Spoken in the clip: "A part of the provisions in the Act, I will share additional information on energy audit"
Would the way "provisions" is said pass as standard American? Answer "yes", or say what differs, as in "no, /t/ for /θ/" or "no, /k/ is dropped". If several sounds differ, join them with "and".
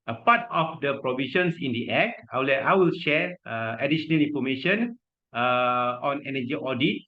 no, /s/ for /z/